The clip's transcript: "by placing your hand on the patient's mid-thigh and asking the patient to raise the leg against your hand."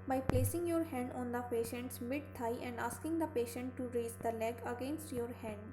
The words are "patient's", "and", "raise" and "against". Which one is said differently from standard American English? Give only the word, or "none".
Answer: none